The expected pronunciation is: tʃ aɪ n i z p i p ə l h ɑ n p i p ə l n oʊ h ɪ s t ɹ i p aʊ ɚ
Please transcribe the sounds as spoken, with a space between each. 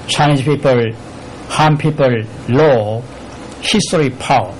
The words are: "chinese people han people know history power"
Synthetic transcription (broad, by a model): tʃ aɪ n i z p i p ə l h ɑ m p i p ə l l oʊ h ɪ s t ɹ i p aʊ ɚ